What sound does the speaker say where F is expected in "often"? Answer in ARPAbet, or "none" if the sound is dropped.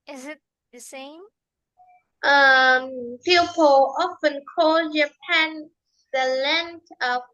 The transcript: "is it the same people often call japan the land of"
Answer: F